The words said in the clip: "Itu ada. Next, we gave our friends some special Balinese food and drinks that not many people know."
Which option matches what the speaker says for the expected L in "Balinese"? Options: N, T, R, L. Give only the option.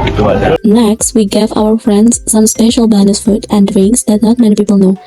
N